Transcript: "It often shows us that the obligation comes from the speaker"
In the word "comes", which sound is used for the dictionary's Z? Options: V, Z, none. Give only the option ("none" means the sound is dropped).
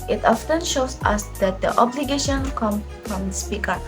none